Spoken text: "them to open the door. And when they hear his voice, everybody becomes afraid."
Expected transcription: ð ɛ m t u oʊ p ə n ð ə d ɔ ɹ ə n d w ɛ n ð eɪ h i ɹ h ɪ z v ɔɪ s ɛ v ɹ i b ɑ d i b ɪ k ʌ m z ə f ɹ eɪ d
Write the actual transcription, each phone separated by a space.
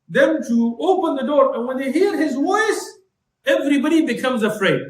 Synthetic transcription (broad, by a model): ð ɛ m t u oʊ p ə n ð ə d ɔ ɹ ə n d w ɛ n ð eɪ h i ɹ h ɪ z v ɔɪ s ɛ v ɹ i b ɑ d i b ɪ k ʌ m z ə f ɹ eɪ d